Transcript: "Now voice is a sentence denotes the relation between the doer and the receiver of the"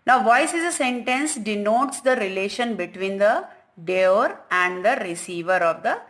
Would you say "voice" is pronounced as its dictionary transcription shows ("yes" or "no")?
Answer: yes